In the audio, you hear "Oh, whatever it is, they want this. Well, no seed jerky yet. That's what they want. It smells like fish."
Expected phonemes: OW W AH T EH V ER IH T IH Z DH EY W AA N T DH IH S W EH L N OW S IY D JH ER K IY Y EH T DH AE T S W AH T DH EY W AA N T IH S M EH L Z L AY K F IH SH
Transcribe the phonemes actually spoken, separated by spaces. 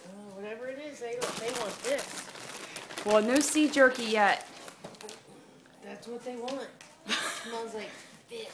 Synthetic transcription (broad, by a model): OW W AH T EH V ER IH T IH Z DH EY W AA N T DH IH S W EH L N OW S IY JH ER K IY Y EH T DH AE T S W AH T DH EY W AA N T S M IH N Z L AY K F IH